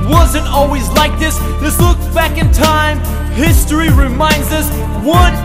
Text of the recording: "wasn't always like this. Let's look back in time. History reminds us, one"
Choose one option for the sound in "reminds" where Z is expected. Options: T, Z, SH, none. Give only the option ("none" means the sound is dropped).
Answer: Z